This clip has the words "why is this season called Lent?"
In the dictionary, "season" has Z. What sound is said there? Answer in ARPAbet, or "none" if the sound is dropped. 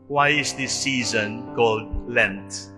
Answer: Z